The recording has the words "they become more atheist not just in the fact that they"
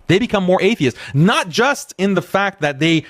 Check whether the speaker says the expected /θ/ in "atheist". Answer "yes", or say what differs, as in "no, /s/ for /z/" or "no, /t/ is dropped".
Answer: yes